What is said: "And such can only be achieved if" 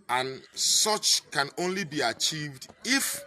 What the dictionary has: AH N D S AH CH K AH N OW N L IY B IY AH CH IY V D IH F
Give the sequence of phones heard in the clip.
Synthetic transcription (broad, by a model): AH N S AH CH K AH N OW N L IY B IY AH CH IY V D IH F